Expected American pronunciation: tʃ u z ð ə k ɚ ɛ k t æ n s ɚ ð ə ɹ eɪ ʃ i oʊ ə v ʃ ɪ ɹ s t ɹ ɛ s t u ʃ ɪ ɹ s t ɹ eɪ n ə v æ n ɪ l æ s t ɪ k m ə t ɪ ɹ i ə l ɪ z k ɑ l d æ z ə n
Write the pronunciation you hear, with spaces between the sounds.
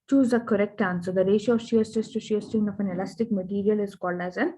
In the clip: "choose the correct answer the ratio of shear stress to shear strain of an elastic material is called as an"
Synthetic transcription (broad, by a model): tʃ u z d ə k ɚ ɛ k t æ n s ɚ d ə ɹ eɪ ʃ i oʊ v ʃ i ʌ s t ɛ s t u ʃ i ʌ s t ɪ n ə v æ n ɪ l æ s t ɪ k m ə t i ɹ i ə l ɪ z k ɑ l d æ z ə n